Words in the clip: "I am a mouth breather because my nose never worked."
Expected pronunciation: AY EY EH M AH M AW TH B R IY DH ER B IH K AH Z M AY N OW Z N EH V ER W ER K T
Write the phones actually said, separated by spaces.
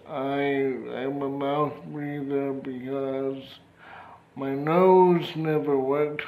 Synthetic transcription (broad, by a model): AY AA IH M AH M AW TH B R IY DH ER B IH K AH Z M AY N OW Z N EH V ER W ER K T